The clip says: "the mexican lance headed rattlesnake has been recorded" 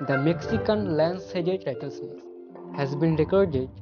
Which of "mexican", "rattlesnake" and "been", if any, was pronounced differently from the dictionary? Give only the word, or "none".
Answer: rattlesnake